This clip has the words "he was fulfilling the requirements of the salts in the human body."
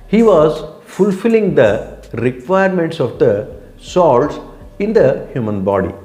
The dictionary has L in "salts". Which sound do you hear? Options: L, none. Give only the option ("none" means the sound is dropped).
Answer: L